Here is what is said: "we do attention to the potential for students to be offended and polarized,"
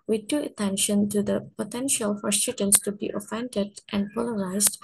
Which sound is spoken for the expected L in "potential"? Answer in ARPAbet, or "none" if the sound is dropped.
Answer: L